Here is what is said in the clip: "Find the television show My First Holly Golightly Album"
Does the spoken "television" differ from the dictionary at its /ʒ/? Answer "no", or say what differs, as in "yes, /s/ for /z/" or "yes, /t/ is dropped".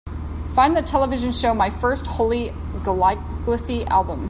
no